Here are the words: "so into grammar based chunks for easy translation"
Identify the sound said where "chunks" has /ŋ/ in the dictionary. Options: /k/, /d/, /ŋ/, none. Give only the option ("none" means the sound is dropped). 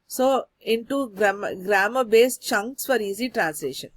/ŋ/